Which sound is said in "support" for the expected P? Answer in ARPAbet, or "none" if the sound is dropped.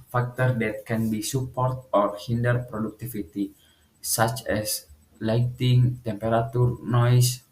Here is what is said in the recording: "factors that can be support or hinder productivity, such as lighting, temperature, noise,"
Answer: P